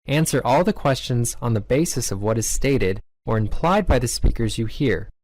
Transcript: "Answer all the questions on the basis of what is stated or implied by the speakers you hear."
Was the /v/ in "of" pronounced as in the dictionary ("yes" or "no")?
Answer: yes